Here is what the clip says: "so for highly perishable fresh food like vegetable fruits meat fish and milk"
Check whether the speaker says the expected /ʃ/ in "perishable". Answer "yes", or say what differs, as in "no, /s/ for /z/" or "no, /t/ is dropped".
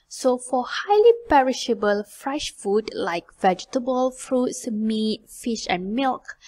yes